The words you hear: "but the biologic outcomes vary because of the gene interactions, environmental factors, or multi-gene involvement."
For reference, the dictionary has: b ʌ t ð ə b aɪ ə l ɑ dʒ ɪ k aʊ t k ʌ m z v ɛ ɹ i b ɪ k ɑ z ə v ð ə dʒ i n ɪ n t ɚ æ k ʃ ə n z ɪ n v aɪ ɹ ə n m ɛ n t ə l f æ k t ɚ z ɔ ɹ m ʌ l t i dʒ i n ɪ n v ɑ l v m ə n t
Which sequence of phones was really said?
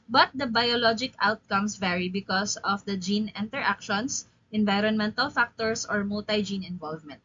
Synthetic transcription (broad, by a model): b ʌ t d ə b aɪ ə l ɑ dʒ ɪ k aʊ t k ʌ m s v ɛ ɹ i b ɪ k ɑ s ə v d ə dʒ i n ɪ n t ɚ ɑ k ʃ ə n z ɪ n v aɪ ɹ ə n m ɛ n t ə l f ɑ k t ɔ s ɔ ɹ m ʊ l t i dʒ i n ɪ n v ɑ l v m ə n t